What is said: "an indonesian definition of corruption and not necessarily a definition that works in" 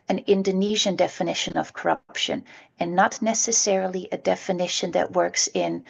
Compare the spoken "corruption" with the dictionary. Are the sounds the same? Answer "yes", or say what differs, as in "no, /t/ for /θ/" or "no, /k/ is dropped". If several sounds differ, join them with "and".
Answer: yes